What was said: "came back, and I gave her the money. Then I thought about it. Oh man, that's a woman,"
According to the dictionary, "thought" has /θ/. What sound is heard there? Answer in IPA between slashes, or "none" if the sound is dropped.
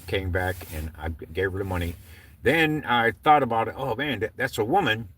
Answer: /θ/